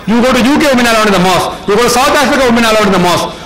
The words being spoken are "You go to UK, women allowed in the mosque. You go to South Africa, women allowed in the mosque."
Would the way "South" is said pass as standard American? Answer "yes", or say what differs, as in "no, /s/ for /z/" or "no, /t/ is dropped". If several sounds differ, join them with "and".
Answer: no, /t/ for /θ/